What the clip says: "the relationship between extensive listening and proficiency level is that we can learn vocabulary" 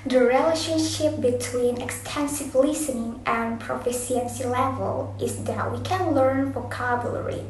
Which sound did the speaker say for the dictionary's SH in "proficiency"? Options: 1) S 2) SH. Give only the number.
1